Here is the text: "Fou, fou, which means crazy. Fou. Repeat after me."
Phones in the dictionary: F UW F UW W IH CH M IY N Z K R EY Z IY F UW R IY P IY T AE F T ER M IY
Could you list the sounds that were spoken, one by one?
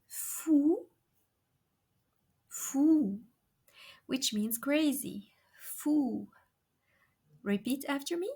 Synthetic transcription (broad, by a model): F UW F UW W IH CH M IY N Z K R EY Z IY F UW R IY P IY T AE F T ER M IY